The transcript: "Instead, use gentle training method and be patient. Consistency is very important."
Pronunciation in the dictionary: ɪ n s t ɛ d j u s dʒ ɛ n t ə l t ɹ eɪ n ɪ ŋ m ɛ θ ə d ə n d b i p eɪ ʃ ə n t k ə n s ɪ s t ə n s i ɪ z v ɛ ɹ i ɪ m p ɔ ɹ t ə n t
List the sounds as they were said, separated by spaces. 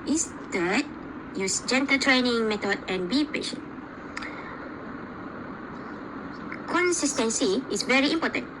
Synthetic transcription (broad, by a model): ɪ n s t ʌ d j u s dʒ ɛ n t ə t ɹ eɪ n ɪ ŋ m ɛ t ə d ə n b i p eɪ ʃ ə n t k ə n s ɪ s t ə n s i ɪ s v ɛ ɹ i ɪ m p ɔ t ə n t